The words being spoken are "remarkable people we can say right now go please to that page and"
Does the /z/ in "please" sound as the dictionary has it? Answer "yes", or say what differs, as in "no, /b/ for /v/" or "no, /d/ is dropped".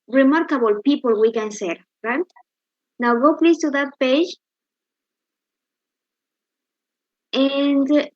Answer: no, /s/ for /z/